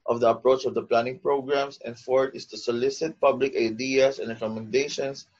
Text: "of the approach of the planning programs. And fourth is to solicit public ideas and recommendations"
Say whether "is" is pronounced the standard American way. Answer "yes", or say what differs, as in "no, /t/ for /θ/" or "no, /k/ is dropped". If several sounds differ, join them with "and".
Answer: no, /s/ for /z/